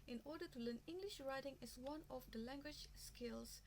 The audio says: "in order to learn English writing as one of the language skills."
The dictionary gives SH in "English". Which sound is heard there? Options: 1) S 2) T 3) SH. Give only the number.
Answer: 3